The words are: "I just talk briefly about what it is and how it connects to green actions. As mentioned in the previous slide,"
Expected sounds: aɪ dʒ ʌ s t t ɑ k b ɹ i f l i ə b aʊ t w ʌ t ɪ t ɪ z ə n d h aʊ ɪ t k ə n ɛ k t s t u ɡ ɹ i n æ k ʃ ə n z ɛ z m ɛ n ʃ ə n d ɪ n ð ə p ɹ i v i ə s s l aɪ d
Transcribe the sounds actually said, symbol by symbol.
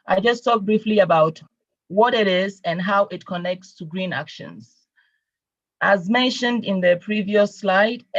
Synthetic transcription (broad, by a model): aɪ dʒ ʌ s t t ɑ k b ɹ i f l i ə b aʊ t w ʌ t ɪ t ɪ z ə n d h aʊ ɪ t k ə n ɛ k t s t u ɡ ɹ i n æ k ʃ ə n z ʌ z m ɛ n ʃ ə n d ɪ n ð ə p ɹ i v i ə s s l aɪ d